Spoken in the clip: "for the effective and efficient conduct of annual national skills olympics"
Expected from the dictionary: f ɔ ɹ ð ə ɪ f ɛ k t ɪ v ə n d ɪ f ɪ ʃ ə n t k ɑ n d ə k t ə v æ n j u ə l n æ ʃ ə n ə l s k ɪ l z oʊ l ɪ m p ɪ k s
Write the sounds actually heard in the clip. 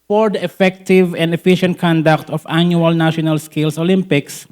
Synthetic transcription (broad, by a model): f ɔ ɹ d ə ɪ f ɛ k t ɪ v ə n d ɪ f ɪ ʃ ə n t k ɑ n d ə k t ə f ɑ n j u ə l n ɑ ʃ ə n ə l s k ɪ l s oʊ l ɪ m p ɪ k s